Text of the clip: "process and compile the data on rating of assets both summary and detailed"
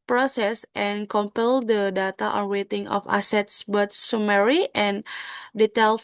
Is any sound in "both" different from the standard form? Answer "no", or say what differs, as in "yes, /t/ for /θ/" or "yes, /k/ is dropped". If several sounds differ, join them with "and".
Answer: yes, /t/ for /θ/